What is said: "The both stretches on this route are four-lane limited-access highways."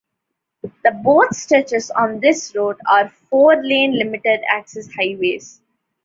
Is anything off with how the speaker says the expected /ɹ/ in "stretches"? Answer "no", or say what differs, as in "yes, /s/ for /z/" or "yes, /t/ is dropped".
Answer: yes, /ɹ/ is dropped